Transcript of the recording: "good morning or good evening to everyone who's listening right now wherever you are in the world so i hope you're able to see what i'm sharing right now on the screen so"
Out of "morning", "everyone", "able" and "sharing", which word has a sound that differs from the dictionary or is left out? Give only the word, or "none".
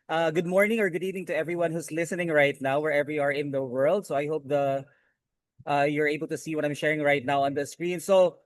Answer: none